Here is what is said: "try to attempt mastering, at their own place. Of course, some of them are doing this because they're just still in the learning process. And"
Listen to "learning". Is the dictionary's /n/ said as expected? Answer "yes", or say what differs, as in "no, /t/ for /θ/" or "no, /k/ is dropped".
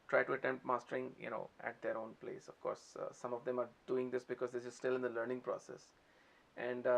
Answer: yes